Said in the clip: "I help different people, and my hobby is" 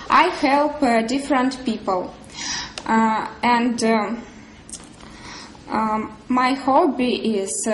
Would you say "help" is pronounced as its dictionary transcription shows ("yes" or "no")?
yes